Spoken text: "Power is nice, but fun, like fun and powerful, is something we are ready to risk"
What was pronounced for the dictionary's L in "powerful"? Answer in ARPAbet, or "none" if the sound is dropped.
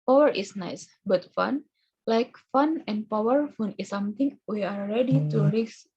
N